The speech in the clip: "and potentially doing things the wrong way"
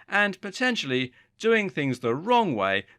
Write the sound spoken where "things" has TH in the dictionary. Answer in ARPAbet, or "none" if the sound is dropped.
TH